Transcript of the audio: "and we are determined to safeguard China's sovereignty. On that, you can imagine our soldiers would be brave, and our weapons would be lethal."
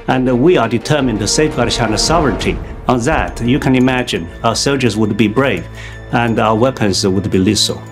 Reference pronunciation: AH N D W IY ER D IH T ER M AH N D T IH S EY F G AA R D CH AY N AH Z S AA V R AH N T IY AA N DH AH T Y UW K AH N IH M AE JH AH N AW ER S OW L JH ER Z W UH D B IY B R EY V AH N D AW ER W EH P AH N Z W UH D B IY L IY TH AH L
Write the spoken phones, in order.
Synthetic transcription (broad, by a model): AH N W IY ER D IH T ER M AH N T IH S EY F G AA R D SH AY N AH S AA V R AH N T IY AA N DH AH T Y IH K AH N IH M AE JH AH N AW ER S OW L JH ER Z W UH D B IY B R EY V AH N AW ER W EH P AH N Z W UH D B IY L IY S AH L